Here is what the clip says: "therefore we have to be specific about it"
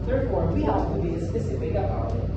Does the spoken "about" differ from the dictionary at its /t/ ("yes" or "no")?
yes